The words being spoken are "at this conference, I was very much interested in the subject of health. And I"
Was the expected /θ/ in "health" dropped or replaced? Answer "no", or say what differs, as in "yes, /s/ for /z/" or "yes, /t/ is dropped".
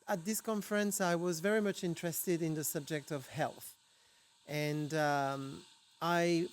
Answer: no